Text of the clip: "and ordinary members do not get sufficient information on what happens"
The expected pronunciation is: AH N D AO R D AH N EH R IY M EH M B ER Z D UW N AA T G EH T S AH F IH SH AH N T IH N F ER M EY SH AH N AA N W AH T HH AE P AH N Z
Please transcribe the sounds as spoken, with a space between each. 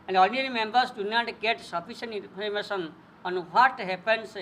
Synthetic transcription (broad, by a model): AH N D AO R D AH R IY M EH M B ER S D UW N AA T G EH T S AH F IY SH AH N IY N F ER M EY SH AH N AA N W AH T HH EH P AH N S